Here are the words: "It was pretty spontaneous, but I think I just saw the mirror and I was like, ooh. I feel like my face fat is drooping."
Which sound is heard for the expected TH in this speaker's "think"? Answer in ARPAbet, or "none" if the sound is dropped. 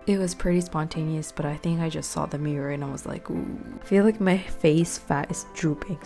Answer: TH